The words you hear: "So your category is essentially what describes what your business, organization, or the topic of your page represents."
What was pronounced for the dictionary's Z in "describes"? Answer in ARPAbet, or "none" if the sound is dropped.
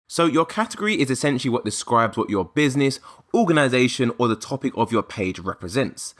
Z